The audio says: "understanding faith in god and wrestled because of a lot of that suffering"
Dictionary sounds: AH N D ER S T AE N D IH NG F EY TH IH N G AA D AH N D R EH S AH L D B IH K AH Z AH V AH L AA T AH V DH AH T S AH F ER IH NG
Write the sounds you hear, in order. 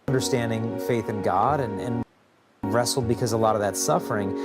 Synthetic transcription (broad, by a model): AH N D ER S T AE N D IH NG F EY TH IH N G AA D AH N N R EH S L D B IH K AH Z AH AH L AA T AH V DH AH T S AH F ER IH NG